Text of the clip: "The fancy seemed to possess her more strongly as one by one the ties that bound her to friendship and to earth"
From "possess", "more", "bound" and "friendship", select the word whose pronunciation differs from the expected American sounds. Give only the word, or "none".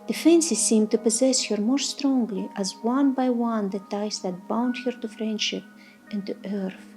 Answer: none